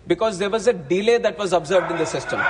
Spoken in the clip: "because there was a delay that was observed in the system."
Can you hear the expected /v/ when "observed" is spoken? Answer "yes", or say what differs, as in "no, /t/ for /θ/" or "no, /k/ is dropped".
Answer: yes